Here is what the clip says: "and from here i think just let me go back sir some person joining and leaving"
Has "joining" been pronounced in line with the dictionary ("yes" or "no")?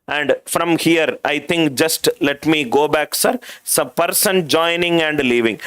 yes